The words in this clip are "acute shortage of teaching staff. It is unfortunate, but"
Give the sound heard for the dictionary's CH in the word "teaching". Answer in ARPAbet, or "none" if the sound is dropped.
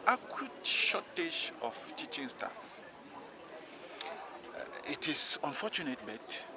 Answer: CH